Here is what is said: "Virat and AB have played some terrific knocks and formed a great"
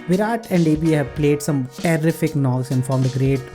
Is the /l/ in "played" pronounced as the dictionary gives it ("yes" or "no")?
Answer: yes